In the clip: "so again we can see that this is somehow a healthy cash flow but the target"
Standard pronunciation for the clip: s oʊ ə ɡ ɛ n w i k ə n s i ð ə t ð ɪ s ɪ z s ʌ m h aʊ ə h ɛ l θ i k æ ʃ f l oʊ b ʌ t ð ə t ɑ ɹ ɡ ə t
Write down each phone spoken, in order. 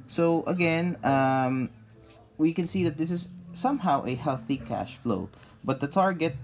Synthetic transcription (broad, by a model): s oʊ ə ɡ ɛ n w i k ə n s i ð ə t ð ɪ s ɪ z s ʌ m h aʊ ə h ɛ l θ i k æ ʃ f l oʊ b ʌ t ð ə t ɑ ɹ ɡ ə t